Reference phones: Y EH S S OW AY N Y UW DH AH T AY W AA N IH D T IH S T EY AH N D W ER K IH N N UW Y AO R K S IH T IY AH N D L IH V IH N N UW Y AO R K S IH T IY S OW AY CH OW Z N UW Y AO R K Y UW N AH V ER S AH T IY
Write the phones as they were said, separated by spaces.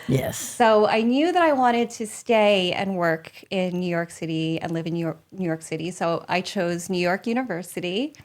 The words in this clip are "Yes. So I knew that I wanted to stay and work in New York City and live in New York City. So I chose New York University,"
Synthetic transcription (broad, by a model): Y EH S S OW AY N Y UW DH AH T AY W AA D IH D T IH S T EY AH N W ER K IH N N UW Y AO R K S IH T IY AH N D L IH V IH N N UW Y AO R K S IH T IY S OW AY CH OW Z N UW Y AO R K Y UW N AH V ER S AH T IY